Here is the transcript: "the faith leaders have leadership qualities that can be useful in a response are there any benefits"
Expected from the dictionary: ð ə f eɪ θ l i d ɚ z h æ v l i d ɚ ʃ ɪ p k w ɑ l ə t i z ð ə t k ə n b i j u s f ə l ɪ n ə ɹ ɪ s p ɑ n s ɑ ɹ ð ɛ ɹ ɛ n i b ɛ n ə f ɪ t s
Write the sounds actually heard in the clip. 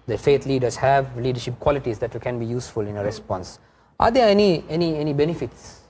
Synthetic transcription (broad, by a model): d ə f eɪ t l i d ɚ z h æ v l i d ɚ ʃ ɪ p k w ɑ l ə t i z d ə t k ə n b i j u s f ə l ɪ n ə ɹ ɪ s p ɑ n s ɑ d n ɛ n ɛ n i b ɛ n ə f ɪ t s